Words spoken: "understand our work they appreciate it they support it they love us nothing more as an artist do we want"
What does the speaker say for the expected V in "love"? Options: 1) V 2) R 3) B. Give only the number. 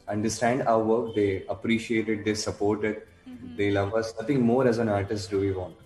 1